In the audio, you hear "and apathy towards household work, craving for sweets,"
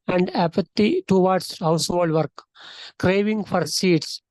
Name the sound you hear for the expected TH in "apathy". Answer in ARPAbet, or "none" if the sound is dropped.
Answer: T